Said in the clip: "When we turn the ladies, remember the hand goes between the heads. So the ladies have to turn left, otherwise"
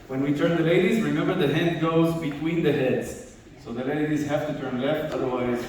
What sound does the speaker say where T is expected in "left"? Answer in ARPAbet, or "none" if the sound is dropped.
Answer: T